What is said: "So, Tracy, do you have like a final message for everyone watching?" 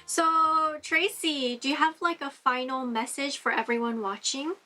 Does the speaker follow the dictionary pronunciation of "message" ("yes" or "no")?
no